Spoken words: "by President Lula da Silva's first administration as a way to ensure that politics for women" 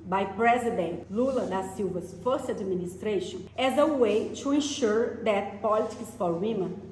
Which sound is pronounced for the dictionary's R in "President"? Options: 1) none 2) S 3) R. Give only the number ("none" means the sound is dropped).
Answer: 3